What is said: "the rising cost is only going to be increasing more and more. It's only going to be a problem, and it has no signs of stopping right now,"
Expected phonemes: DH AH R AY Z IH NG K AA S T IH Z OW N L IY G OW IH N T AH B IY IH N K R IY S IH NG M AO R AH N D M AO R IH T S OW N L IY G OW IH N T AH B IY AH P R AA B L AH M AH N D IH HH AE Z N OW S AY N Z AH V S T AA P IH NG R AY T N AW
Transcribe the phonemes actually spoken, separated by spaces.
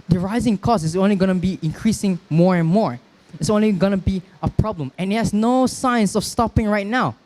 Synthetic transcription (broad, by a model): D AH R AY Z IH NG K AA S IH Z OW N L IY G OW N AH B IY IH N K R IY S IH NG M AO R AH N M AO R IH T S OW N L IY G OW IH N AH B IY AH P R AA B L AH M AH N D IH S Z N OW S AY N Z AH F S T AA P IH NG R AY T N AW